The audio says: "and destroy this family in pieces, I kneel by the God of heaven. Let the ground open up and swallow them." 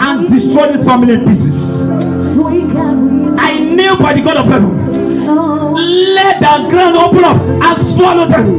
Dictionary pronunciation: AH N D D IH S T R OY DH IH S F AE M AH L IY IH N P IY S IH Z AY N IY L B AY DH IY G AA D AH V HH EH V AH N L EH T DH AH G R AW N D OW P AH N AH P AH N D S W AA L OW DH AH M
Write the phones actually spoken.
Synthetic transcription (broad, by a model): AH N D D IH S T R OY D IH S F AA M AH L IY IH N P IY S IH S AY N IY B AY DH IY G AA D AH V HH EH V AH N L EH T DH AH G R AW N D OW P AH N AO P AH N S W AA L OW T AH